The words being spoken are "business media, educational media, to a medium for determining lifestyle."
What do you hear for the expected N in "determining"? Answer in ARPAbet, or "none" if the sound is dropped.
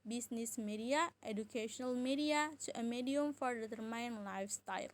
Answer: none